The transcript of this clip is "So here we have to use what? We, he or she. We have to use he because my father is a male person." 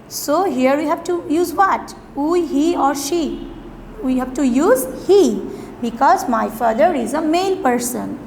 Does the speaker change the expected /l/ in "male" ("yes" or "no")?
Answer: yes